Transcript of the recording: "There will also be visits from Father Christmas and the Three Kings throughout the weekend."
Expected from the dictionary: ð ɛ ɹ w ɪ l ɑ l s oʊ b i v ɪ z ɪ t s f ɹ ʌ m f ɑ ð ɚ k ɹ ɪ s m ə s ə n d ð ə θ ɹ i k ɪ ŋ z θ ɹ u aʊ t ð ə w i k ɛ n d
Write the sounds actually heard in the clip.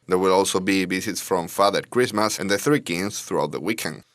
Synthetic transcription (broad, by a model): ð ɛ ɹ w ɪ l ɑ l s oʊ b i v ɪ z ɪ t s f ɹ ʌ m f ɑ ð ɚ k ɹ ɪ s m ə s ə n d ð ə θ ɹ i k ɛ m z θ ɹ u aʊ t ð ə w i k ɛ n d